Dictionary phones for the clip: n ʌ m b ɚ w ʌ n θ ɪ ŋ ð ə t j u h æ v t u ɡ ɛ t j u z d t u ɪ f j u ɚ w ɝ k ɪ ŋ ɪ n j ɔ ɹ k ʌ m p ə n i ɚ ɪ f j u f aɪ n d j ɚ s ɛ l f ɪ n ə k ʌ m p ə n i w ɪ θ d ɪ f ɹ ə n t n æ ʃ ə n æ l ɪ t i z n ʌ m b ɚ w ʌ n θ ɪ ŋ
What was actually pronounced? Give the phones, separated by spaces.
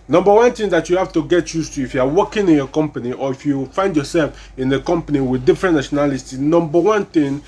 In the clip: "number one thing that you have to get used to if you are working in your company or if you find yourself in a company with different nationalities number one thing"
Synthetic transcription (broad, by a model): n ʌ m b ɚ w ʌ n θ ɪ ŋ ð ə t j u h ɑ f t u ɡ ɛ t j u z t u ɪ f j u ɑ w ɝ k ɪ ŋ ɪ n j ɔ k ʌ m p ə n i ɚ ɪ f j u f aɪ n d j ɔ s ɛ l f ɪ n ə k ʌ m p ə n i w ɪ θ d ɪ f ɹ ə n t n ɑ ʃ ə n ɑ l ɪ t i n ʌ m b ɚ w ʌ n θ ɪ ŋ